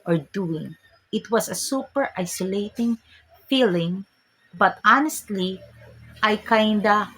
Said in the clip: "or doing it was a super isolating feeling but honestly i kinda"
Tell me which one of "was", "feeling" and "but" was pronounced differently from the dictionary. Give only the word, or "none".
was